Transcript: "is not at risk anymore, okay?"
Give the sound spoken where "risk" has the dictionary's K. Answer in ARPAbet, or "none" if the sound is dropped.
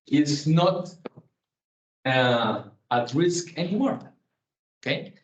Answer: K